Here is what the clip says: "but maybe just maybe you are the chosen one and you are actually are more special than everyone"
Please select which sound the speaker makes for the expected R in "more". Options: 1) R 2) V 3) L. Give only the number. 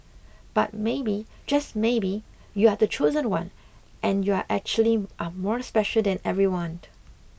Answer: 1